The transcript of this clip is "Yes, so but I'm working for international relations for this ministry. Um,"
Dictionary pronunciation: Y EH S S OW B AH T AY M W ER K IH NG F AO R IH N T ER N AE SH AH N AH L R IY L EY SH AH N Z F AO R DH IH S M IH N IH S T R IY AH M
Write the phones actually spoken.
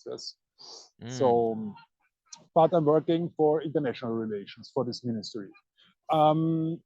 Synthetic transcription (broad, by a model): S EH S S OW B AH T AY M W ER K IH NG F AO R IH N T ER N AE SH AH N AH L R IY L EY SH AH N S F AO R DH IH S M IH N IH S T R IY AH M